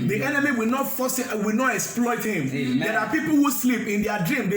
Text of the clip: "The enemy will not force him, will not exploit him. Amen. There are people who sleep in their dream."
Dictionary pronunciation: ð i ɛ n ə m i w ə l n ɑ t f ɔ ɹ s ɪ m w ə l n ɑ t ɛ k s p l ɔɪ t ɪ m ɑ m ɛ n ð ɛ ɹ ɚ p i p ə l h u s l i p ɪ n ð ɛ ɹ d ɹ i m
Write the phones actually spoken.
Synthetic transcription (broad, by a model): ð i ɛ n ə m i w ə l n ɑ t f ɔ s w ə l n ɑ t ɛ k s p l ɔɪ t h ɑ m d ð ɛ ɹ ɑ p i p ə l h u s l i p ɪ n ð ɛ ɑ d ɹ i m